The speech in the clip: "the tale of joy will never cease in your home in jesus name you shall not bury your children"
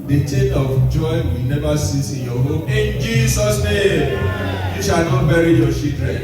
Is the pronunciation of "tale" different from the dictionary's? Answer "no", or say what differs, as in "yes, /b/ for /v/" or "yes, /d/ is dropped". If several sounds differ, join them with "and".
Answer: yes, /n/ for /l/